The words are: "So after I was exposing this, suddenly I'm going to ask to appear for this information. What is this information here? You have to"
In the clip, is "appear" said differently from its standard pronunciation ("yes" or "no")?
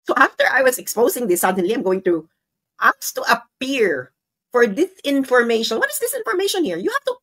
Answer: no